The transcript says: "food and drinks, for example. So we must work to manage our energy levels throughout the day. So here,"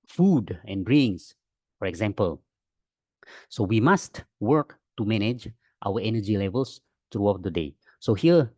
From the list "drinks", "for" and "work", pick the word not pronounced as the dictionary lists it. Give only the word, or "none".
drinks